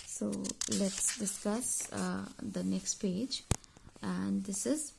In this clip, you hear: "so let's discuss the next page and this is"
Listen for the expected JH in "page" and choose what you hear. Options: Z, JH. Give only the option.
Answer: JH